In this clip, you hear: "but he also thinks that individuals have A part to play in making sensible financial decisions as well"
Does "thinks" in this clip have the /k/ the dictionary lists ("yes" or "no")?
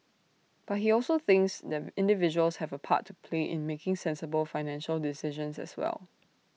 yes